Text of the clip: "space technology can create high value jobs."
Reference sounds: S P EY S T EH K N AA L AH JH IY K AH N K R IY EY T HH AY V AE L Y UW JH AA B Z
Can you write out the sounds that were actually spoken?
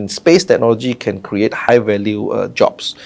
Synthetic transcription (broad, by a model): S P EY S T EH K N AA L AH JH IY K AH N K R IY EY T HH AY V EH L Y UW JH AA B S